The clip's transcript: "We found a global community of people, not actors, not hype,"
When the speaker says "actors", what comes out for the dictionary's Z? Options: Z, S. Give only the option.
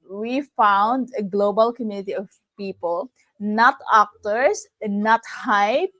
S